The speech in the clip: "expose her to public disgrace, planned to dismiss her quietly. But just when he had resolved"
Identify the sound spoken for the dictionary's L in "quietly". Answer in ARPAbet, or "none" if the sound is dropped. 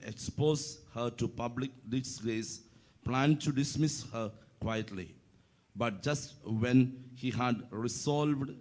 L